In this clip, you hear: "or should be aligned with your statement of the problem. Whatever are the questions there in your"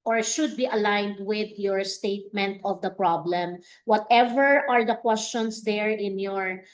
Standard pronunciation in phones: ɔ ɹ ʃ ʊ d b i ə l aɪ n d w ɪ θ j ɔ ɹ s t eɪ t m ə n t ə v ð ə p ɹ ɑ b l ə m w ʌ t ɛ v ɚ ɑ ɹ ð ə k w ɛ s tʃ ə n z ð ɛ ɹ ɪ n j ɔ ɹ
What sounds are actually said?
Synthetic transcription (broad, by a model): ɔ ɹ ʃ ʊ d b i ə l aɪ n d w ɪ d j ɔ ɹ s t eɪ t m ə n t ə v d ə p ɹ ɑ b l ə m w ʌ t ɛ v ɚ ɑ ɹ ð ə k w ɛ s tʃ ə n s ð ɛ ɹ ɪ n j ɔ ɹ